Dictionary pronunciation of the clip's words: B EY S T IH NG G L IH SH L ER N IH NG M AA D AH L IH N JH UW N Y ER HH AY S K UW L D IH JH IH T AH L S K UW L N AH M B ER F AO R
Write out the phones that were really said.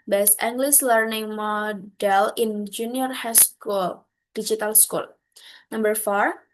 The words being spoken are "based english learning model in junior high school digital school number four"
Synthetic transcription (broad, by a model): B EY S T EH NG G L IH S L ER N IH NG M AA D AH L IH N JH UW N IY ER HH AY S K UW L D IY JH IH T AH L S K UW L N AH M B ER F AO R